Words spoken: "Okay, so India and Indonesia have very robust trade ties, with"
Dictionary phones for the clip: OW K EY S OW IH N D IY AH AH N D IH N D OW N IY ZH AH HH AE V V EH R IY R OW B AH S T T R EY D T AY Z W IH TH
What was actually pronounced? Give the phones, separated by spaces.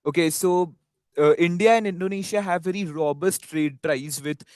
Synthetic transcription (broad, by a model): OW K EY S OW IH N D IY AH AH N D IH N D OW N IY SH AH HH AE V V EH R IY R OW B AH S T T R EY D T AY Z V IH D